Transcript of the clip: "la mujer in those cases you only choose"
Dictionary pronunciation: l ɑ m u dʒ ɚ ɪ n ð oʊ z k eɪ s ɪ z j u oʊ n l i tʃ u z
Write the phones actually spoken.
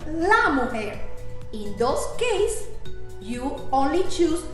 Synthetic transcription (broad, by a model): l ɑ m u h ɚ ɪ n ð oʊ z k eɪ ɪ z j u oʊ n l i tʃ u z